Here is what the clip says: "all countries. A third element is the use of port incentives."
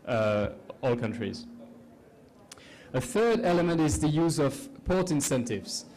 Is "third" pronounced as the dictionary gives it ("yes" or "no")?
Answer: yes